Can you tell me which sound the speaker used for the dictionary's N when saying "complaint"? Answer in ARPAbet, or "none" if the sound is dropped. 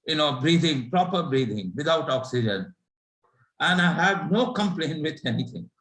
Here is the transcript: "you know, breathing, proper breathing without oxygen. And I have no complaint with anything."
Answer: N